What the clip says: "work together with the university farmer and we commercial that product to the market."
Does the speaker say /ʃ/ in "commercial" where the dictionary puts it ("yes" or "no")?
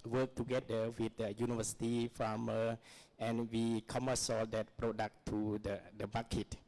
no